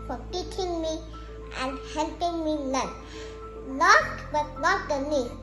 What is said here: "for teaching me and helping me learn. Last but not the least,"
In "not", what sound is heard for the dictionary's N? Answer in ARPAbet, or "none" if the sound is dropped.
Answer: L